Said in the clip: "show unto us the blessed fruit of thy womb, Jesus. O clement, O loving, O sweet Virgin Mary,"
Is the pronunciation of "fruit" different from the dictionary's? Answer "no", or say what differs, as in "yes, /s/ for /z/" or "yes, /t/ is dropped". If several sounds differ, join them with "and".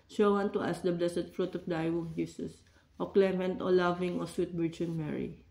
no